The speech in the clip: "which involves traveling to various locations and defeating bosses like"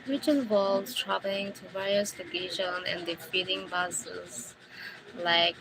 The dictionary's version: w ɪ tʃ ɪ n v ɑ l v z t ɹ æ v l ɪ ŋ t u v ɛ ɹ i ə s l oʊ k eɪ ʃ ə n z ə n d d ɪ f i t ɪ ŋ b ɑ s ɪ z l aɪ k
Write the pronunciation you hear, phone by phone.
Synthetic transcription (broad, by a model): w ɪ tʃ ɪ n w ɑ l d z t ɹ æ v l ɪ ŋ t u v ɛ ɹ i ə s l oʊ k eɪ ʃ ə n ə n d d ɪ f i t ɪ ŋ b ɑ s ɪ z l aɪ k